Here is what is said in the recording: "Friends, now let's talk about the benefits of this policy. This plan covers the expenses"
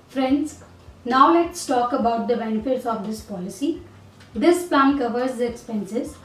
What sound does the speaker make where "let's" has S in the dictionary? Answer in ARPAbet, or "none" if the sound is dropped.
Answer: S